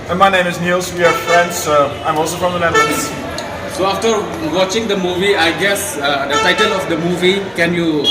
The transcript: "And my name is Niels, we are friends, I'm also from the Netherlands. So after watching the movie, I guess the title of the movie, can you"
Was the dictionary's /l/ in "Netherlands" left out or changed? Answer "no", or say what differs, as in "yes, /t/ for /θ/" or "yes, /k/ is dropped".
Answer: yes, /n/ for /l/